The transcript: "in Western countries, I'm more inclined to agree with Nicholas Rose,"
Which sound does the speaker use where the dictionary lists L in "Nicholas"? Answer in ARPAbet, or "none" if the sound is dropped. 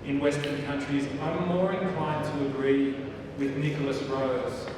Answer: L